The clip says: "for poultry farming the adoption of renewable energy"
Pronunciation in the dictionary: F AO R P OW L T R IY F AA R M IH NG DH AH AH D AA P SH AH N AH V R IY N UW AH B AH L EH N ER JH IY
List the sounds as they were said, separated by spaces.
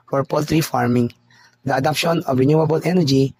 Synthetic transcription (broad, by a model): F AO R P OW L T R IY F AA R M IH NG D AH AH D AA P SH AH N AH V R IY N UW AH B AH L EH N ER JH IY